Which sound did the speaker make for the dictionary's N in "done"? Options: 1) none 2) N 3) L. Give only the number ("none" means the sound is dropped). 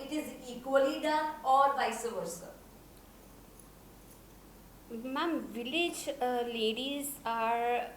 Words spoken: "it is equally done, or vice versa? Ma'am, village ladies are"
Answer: 1